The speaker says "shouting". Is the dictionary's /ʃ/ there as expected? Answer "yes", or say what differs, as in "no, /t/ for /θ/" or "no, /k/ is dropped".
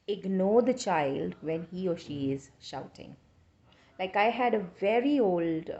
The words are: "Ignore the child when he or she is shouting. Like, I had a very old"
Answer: yes